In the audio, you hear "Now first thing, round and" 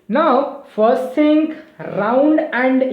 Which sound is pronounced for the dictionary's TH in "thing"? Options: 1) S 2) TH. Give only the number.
1